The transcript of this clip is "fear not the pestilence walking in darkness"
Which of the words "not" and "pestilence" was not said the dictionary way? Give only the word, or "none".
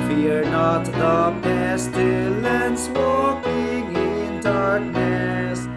pestilence